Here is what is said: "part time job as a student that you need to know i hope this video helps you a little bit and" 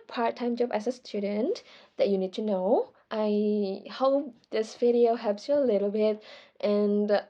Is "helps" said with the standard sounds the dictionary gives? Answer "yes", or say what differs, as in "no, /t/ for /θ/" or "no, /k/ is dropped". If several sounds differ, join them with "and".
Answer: no, /l/ is dropped